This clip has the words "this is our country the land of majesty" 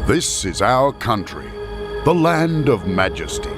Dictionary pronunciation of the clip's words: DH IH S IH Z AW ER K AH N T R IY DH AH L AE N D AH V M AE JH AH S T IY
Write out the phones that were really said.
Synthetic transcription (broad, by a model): DH IH S IH Z AW ER K AH N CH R IY DH AH L AE N D AH V M AE JH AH S T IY